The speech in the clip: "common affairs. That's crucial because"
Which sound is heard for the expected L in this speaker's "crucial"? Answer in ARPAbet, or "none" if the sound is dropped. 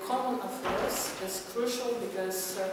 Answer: L